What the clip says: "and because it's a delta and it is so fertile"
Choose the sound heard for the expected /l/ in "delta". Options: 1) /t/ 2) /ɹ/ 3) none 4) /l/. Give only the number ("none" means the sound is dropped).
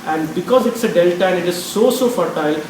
4